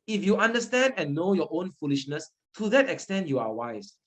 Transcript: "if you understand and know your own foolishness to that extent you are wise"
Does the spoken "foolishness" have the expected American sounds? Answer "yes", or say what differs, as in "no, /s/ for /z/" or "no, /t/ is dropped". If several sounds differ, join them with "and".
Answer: yes